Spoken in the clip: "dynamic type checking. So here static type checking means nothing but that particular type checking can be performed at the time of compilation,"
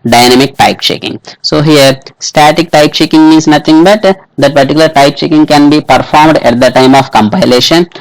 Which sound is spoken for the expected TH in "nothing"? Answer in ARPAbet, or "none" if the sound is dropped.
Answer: T